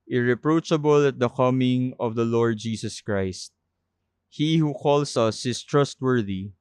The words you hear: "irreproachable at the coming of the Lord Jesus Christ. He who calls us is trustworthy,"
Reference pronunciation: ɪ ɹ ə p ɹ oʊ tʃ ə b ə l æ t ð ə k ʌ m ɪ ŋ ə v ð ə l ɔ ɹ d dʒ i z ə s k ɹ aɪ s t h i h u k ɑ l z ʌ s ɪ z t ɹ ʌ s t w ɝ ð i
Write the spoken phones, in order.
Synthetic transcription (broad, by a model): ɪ ɹ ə p ɹ oʊ tʃ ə b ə l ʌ t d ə k ʌ m ɪ ŋ ə v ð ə l ɔ ɹ d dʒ i s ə s k ɹ aɪ s t h i h u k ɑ l s ʌ s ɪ s t ɹ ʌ s t w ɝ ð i